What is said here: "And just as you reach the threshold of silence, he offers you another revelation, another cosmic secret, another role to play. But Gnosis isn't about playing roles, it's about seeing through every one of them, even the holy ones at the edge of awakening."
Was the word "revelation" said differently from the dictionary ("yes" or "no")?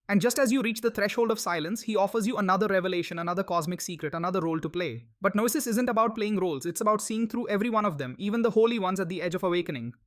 no